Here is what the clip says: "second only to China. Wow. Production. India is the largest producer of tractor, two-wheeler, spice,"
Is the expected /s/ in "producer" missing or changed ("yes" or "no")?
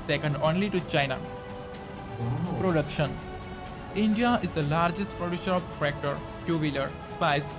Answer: yes